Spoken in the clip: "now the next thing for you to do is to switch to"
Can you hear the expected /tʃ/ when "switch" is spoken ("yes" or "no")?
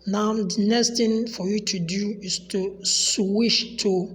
no